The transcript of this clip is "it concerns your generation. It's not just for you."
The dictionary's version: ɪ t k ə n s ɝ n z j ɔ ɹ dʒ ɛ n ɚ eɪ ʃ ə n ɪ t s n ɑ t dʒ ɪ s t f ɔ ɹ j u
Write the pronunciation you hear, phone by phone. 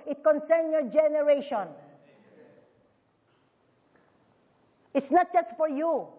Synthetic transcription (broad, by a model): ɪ t k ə n s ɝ n j ɔ ɹ dʒ ɛ n ɚ eɪ ʃ ə n ɪ t s n ɑ t dʒ ɪ s t f ɔ ɹ j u